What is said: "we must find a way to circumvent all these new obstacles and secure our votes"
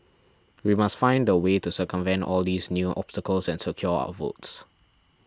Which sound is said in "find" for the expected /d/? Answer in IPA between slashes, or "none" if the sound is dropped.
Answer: /d/